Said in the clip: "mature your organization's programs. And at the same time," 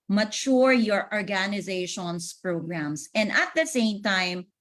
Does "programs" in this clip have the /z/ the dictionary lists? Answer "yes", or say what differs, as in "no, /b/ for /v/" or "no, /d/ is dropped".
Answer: no, /s/ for /z/